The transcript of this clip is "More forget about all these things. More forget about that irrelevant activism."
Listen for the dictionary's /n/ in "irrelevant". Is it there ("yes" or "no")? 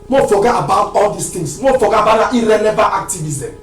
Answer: no